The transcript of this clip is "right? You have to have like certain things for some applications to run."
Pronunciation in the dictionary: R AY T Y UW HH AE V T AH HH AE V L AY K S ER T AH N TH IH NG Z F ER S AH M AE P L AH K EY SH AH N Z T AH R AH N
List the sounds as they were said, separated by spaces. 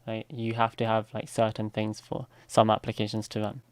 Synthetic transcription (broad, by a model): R AY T Y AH HH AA F T AH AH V L AY K S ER T N TH IH NG Z F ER S AH M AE P L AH K EY SH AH N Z T AH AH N